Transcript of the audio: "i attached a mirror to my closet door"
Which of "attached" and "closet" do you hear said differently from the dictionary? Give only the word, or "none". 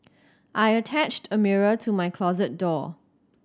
none